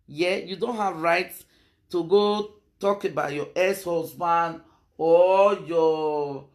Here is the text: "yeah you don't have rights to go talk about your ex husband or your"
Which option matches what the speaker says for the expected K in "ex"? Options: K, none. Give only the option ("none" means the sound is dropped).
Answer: none